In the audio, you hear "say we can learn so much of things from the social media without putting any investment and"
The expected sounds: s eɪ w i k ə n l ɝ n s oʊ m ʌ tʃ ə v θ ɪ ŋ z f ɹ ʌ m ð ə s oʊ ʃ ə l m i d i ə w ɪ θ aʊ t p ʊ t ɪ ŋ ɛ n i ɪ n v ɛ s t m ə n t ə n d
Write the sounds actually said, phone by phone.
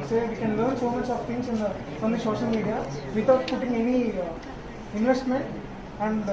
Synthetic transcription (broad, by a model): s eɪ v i k ə n l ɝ n s oʊ m ʌ tʃ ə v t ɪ ŋ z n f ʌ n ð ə ʃ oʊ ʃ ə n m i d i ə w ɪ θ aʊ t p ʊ t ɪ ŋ ɛ n i ɪ n v ɛ s t m ə n t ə n d